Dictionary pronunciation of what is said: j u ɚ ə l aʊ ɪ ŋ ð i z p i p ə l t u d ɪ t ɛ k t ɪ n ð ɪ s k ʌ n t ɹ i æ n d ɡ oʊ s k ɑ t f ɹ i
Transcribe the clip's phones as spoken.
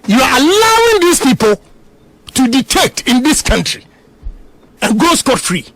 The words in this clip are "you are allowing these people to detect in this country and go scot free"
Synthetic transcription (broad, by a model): j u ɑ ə l aʊ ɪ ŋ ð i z p i p ə l t u d ɪ t ɛ k t ɪ n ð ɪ s k ʌ n t ɹ i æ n ɡ oʊ s k ɑ t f ɹ i